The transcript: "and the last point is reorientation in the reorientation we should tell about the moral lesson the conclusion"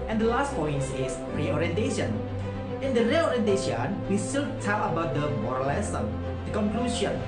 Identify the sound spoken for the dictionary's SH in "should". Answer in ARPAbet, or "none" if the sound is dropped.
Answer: S